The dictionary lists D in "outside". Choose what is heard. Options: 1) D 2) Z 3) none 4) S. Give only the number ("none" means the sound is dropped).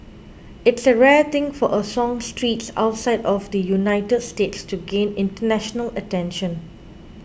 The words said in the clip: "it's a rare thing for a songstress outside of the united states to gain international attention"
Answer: 1